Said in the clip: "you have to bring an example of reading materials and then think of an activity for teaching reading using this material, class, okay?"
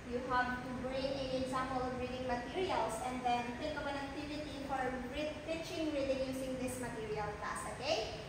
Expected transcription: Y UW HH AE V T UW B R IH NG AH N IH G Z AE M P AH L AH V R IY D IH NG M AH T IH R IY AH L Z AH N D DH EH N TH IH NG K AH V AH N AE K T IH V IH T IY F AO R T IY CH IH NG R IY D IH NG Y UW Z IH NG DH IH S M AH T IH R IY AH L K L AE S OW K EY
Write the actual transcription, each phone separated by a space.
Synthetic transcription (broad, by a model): Y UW HH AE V T UW B R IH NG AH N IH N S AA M AH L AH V R IY D IH NG M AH T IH R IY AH L S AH N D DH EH N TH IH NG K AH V AH N AE K T IH V IH T IY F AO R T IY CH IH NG R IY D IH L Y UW S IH NG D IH S M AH T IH R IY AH L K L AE S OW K EY